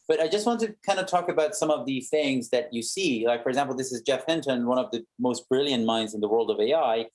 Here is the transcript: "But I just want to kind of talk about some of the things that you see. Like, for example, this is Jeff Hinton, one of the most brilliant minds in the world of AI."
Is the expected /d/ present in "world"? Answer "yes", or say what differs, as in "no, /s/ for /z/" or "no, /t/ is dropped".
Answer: yes